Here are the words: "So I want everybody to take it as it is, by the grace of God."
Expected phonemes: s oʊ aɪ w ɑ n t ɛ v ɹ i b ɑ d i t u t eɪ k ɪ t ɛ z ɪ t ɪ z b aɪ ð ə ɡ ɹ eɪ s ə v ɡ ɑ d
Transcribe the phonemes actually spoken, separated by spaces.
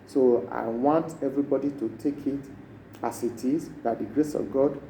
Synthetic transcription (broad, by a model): s oʊ aɪ w ɑ n t ɛ v ɹ i b ɑ d i t u t eɪ k ɪ t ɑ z ɪ t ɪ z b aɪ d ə ɡ ɹ eɪ s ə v ɡ ɑ d